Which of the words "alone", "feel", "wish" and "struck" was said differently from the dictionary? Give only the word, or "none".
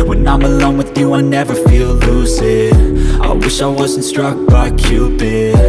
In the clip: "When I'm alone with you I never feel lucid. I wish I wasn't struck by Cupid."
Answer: none